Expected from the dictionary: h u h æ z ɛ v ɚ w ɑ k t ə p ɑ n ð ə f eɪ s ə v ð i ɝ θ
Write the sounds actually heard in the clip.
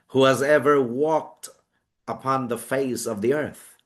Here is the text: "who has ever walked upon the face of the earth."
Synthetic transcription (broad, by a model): h u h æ z ɛ v ɚ w ɑ k t ə p ɑ n ð ə f eɪ s ə v ð i ɝ θ